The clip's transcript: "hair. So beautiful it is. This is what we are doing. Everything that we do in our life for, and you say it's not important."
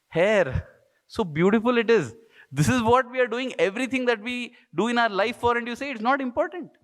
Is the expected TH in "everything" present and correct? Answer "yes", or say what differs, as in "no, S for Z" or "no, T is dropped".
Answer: no, T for TH